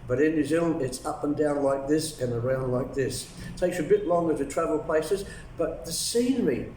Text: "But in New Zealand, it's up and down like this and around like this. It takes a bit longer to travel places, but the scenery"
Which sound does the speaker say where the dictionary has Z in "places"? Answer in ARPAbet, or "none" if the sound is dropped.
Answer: Z